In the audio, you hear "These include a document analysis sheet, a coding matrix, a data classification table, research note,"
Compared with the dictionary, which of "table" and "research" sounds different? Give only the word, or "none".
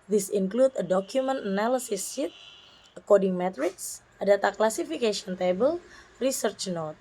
none